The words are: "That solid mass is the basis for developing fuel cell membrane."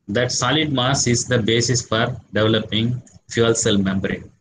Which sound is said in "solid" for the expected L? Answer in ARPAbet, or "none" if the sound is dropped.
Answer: L